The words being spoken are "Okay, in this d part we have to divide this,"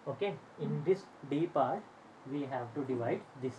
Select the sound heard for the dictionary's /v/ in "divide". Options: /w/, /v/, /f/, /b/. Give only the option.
/v/